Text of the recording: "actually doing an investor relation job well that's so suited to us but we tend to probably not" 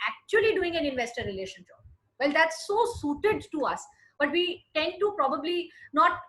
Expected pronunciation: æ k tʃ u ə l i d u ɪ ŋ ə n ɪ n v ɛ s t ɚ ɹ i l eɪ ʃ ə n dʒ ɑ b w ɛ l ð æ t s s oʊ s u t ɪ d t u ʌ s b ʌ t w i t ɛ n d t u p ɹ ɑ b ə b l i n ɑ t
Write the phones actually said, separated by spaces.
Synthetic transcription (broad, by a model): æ k tʃ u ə l i d u ɪ ŋ ə n ɪ n v ɛ s t ɚ ɹ i l eɪ ʃ ə n ʃ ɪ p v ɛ l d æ t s s oʊ s u t ɪ d t u ʌ s b ʌ t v i t ɛ n d t u p ɹ ɑ b ə b l i n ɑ t